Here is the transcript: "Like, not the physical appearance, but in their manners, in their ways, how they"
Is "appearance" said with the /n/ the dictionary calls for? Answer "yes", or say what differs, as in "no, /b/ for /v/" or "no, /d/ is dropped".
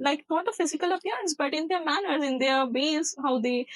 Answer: yes